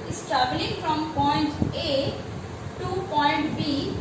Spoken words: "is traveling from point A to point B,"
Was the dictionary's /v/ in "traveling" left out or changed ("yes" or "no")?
yes